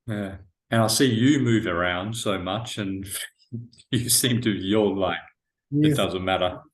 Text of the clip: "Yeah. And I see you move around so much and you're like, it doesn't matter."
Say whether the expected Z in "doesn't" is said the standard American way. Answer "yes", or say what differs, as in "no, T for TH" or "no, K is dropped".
yes